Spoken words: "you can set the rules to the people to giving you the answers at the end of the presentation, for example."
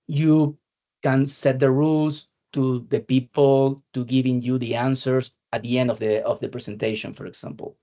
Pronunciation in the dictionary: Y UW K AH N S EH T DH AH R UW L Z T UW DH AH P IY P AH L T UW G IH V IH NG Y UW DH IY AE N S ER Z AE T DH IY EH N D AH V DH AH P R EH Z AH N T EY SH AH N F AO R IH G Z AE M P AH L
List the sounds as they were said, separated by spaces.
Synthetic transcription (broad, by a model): Y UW K AH N S EH T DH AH R UW L S T UW DH AH P IY P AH L T UW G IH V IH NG Y UW DH IY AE N S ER S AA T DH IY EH N D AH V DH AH P R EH S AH N T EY SH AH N F AO R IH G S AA M P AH L